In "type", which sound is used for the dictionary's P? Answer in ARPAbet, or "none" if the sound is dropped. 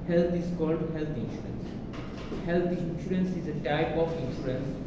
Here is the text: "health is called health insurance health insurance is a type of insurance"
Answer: P